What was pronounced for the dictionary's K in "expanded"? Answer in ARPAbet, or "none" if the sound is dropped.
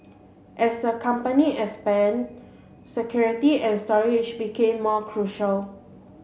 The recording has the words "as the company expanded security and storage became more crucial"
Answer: none